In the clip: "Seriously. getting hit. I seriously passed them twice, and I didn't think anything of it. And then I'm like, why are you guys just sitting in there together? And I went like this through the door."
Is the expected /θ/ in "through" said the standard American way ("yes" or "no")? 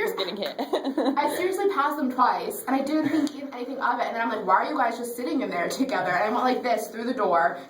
yes